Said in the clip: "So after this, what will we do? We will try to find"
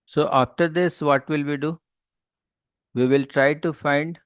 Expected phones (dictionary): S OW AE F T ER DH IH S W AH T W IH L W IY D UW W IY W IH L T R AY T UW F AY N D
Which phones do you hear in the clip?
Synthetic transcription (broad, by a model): S OW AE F T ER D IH S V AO T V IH L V IY D UW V IY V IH L T R AY T UW F AY N D